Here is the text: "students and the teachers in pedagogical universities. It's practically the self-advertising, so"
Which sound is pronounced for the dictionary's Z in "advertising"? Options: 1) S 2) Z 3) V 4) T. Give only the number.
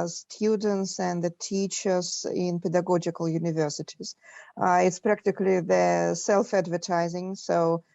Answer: 2